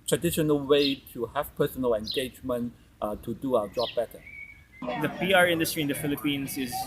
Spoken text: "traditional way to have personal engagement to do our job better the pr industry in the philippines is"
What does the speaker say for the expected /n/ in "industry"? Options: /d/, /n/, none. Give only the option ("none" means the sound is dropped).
/n/